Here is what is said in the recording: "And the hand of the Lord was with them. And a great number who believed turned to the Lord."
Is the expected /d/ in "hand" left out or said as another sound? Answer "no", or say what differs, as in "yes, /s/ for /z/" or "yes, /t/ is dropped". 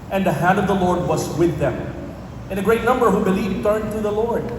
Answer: no